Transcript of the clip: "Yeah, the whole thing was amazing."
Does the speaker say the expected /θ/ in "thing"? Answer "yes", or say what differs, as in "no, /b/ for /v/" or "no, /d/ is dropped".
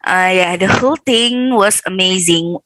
no, /t/ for /θ/